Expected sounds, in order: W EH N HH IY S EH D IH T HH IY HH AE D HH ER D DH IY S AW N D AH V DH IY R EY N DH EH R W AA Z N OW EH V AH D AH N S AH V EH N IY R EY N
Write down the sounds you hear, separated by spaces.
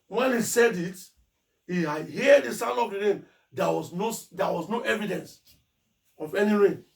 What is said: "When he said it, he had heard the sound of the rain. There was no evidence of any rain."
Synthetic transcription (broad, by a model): W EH N HH IY S EH D IH T HH IY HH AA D HH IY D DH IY S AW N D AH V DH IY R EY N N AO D W AA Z N OW EH V AH D AH N S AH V EH N IY R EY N